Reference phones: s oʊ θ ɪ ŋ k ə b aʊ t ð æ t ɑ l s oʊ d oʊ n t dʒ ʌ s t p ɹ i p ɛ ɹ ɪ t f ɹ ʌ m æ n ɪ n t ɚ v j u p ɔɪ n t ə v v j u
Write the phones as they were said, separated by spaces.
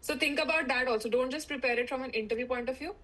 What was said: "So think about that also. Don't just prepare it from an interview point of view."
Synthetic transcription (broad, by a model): s oʊ t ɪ ŋ k ə b aʊ t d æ t ɑ l s oʊ d oʊ n t dʒ ʌ s t p ɹ i p ɛ ɹ ɪ t f ɹ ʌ m æ n ɪ n t ɚ v j u p ɔɪ n t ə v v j u